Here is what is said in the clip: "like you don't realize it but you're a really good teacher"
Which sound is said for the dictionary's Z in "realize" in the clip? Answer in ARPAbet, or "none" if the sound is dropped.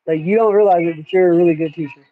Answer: Z